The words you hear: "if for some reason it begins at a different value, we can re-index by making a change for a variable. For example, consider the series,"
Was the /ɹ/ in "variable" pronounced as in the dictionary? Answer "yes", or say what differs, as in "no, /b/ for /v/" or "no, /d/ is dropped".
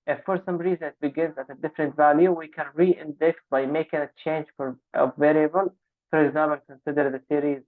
yes